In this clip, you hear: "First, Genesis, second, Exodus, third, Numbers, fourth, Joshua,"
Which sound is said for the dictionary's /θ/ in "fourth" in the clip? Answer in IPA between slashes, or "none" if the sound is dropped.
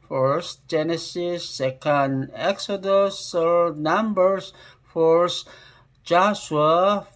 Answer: /s/